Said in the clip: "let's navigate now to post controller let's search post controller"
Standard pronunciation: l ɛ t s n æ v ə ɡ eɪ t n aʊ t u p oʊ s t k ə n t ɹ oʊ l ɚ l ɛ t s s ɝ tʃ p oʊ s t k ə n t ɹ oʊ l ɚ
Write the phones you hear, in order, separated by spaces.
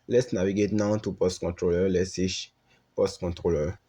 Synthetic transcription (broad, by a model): l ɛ t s n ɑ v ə ɡ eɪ t n aʊ t u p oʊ s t k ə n t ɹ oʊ l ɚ l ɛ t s s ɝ ʃ p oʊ s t k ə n t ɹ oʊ l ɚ